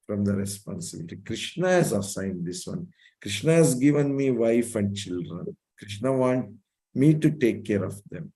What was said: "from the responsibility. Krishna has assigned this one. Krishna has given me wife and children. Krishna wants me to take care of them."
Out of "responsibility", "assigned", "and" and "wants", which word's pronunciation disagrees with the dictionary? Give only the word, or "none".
wants